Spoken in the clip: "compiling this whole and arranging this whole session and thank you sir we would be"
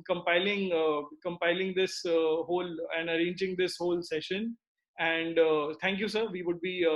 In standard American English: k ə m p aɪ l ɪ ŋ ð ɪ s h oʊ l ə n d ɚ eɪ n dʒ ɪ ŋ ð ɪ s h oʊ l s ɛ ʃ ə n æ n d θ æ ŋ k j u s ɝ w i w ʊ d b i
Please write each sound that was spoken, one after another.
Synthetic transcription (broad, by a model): k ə m p aɪ l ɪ ŋ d ɪ s h oʊ l ə n d ɚ eɪ n dʒ ɪ ŋ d ɪ s h oʊ l s ɛ ʃ ə n æ n d t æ ŋ k j u s ɝ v i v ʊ d b i